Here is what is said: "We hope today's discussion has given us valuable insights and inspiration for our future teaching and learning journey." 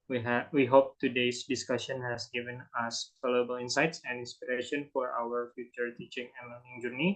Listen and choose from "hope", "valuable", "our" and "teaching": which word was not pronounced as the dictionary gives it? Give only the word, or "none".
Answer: valuable